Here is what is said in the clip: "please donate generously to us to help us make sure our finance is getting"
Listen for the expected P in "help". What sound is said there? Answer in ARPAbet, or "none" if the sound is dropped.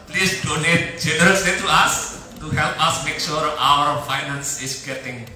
P